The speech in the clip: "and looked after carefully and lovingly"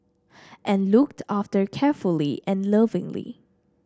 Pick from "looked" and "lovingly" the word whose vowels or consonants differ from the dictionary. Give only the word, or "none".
none